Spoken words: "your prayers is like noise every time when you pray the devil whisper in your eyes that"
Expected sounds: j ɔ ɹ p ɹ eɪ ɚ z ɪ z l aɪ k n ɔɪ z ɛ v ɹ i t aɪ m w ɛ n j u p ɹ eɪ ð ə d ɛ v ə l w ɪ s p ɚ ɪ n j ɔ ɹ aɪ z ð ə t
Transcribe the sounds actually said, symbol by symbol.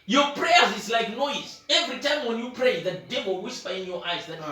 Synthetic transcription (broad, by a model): j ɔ p ɹ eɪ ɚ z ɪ s l aɪ k n ɔɪ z ɛ v ɹ i t aɪ m w ɛ n j u p ɹ eɪ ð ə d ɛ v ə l w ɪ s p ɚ ɪ n j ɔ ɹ aɪ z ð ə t